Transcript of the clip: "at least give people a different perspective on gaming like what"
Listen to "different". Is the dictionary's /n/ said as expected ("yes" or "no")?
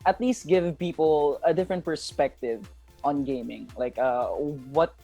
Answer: yes